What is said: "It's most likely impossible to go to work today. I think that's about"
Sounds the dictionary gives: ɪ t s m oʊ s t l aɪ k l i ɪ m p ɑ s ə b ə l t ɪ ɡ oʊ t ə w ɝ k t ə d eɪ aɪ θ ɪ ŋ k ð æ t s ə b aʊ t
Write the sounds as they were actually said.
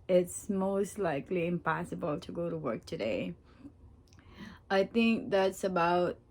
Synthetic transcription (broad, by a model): ɪ t s m oʊ s t l aɪ k l i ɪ m p ɑ s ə b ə l t ɪ ɡ oʊ t ə w ɝ k t ə d eɪ aɪ θ ɪ ŋ k ð æ t s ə b aʊ t